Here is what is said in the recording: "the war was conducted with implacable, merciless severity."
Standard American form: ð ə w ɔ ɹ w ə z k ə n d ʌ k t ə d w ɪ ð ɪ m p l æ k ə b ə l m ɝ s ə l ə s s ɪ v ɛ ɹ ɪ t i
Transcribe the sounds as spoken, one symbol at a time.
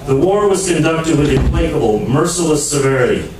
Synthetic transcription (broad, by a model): ð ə w ɔ ɹ w ə z k ə n d ʌ k t ə d w ɪ ð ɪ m p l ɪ k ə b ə l m ɝ s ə l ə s s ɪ v ɛ ɹ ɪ t i